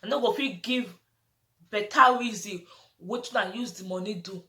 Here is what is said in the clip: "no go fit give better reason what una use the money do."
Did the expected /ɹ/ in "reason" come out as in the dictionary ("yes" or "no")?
no